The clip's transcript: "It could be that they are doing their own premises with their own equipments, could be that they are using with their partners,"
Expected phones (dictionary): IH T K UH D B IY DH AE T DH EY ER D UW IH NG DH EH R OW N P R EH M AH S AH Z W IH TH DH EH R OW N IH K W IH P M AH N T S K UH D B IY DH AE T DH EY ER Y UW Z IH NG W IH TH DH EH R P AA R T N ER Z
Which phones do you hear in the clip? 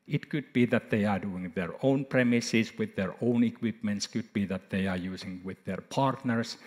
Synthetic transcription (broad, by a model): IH T K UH D B IY DH AE T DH EY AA D UW IH NG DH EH R OW N P R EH M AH S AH S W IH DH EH R OW N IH K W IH P M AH N T S K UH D B IY DH AE T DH EY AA Y UW S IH NG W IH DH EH R P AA R T N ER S